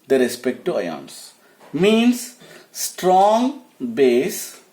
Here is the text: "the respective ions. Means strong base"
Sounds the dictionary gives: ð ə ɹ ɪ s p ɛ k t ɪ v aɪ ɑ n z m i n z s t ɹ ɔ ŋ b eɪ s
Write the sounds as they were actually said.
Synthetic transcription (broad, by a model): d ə ɹ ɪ s p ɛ k t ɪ aɪ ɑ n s m i n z s t ɹ ɔ ŋ b eɪ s